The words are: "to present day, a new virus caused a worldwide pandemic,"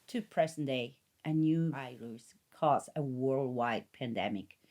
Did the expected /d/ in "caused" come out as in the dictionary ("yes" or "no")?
no